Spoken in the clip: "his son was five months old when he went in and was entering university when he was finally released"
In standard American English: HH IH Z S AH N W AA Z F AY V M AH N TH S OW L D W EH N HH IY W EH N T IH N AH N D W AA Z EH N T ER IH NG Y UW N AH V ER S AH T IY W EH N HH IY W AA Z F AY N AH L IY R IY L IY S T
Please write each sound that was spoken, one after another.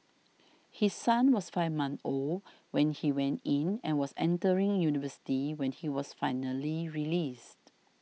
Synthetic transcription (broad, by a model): HH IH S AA N W AA S F AY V M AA N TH OW L W EH N HH IY W EH N T IH N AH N W AA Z EH N T ER IH NG Y UW N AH V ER S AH T IY W EH N HH IY W AA S F AY N AH L IY R IY L IY S T